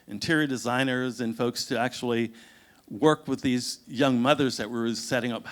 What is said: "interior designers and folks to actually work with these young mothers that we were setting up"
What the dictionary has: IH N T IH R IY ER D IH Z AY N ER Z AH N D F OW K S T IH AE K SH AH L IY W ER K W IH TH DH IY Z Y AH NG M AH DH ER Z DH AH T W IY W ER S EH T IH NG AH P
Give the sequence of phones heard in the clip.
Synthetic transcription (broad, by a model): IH N T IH R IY D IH Z AY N ER Z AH N F OW K S T IH AE K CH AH L IY W ER K W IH DH IY Z Y AH NG M AH DH ER Z DH AH T W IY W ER S EH T IH NG AH P